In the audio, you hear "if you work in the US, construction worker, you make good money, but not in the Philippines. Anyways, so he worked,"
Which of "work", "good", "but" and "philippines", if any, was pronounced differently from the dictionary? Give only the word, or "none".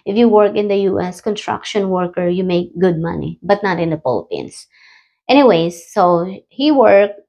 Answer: philippines